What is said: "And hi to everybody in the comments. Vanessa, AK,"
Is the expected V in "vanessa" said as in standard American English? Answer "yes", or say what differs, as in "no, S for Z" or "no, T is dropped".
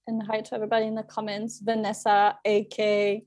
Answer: yes